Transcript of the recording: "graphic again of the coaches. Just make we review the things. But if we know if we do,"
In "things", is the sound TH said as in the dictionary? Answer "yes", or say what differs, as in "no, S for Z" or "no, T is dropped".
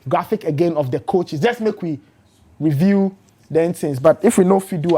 no, T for TH